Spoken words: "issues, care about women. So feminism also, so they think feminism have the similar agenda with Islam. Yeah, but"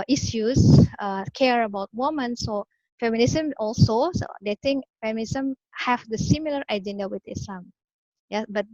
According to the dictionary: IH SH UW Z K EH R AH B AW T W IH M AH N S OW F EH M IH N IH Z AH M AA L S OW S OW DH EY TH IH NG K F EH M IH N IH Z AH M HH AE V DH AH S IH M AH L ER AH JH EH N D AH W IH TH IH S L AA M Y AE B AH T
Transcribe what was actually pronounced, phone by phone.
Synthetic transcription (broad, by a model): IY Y UW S K EH R AH B AW T W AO M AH N S OW F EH M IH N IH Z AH M AA L S OW S OW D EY T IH NG K F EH M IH N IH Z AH M HH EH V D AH S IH M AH L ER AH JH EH N D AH W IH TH IH S L AA M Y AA B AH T